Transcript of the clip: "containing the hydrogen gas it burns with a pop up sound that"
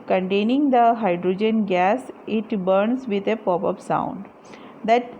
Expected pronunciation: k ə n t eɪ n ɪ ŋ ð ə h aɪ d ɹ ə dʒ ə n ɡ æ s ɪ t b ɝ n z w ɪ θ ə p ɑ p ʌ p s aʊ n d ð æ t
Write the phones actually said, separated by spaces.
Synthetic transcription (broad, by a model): k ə n t eɪ n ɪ ŋ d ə h aɪ d ɹ ə dʒ ə n ɡ æ s ɪ t b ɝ n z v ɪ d ə p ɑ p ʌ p s aʊ n d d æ t